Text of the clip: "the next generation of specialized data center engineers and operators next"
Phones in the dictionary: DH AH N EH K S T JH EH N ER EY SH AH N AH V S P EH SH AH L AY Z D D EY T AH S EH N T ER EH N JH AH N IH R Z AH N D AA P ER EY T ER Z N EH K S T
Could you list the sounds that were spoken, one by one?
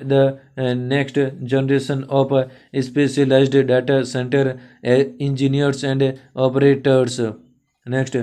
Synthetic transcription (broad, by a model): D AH N EH K S T JH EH N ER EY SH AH N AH P S P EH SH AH L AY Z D D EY T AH S EH N T ER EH N JH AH N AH R S AH N D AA P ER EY T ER S N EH K S T